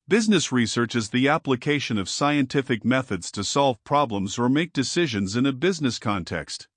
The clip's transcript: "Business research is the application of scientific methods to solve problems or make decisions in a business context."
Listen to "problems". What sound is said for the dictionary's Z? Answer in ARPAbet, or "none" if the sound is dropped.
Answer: Z